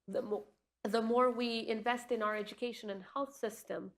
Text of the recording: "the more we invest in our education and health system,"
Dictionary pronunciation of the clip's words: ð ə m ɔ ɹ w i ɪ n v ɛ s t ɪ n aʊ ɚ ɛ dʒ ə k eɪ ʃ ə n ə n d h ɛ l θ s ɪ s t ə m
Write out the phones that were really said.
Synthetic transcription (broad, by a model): ð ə m ɔ ɹ w i ɪ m v ɛ s t ɪ n aʊ ɚ ɛ dʒ ə k eɪ ʃ ə n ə n h ɛ l θ s ɪ s t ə m